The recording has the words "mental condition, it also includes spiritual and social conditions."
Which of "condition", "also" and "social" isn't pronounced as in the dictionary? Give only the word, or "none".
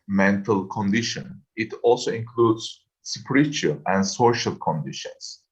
none